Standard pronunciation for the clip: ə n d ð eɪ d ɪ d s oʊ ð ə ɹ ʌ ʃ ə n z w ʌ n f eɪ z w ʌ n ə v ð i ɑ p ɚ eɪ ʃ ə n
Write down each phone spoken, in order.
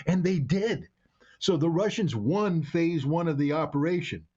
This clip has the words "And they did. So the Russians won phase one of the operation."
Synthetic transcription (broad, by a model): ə n ð eɪ d ɪ d s oʊ ð ə ɹ ʌ ʃ ə n z w ʌ n f eɪ z w ʌ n ə v ð i ɑ p ɚ eɪ ʃ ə n